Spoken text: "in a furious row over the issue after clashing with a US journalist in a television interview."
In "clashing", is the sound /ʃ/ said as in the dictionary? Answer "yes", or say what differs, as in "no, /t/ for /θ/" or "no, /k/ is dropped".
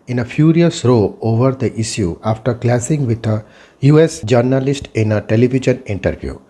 no, /s/ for /ʃ/